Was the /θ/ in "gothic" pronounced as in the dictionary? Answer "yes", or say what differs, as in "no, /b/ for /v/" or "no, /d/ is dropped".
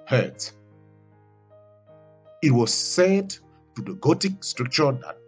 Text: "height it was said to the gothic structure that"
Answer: no, /t/ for /θ/